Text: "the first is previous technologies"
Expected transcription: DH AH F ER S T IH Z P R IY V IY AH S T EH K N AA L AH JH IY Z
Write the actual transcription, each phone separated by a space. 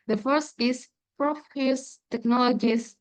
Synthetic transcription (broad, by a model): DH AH F ER S T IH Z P R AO F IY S T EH K N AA L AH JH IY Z